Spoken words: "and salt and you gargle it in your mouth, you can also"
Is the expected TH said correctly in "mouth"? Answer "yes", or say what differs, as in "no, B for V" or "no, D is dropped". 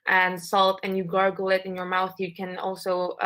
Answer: yes